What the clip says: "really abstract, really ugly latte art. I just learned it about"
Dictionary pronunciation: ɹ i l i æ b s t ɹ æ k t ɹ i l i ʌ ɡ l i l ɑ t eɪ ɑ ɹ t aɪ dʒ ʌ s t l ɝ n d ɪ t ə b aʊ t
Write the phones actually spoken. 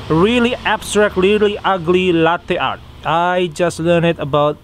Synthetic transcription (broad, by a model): ɹ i l i æ b s t ɹ æ k t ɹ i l i ʌ ɡ l i l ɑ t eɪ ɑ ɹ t aɪ dʒ ʌ s t l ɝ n ɪ t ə b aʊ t